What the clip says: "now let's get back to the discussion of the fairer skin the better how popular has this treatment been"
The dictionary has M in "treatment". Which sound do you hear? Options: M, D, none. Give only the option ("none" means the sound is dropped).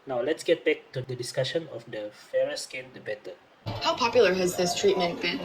M